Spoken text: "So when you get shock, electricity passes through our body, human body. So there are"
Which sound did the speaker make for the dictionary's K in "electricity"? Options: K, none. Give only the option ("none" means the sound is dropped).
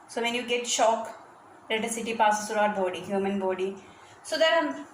none